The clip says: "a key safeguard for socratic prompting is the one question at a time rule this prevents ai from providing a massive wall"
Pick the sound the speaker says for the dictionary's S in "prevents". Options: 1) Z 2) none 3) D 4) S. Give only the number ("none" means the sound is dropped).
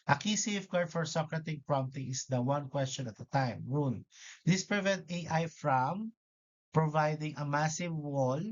2